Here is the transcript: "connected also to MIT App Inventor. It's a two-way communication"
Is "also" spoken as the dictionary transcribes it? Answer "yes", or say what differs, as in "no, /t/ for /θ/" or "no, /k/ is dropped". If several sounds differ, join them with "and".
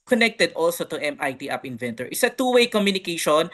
yes